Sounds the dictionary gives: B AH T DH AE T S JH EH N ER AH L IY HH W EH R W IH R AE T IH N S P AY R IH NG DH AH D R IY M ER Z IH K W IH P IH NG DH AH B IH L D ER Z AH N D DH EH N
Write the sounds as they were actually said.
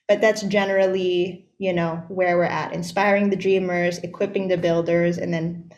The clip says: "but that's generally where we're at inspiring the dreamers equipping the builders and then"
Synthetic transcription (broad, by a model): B AH T DH AE T S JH EH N ER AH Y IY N W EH R W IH R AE T IH N S P AY R IH NG DH AH D R IY M ER Z IH K W IH P IH NG DH AH B IH L D ER Z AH N DH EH N